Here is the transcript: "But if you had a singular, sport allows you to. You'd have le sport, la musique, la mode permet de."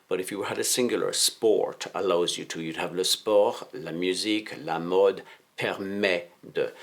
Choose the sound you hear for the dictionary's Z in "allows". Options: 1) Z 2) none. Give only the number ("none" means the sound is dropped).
1